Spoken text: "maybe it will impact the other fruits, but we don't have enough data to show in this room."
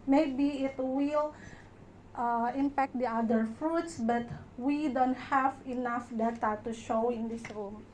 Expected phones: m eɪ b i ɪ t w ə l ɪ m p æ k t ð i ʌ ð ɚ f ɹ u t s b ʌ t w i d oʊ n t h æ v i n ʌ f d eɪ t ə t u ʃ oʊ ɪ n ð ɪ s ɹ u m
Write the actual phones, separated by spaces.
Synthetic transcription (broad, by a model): m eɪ b i ɪ t w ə l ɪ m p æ k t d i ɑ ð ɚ f ɹ u t s b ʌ t w i d oʊ n t h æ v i n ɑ f d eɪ t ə t u ʃ oʊ ɪ n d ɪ s ɹ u m